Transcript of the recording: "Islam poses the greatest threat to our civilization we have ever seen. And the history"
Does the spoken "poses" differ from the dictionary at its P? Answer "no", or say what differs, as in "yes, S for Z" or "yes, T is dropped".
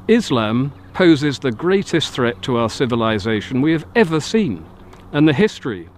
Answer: no